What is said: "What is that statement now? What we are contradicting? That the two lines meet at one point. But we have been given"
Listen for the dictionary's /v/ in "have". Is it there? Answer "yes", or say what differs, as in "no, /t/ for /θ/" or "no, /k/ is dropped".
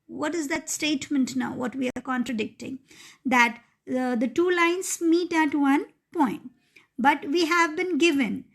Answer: yes